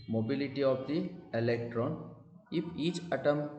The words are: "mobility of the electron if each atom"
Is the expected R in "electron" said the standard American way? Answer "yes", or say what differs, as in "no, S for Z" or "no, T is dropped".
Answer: yes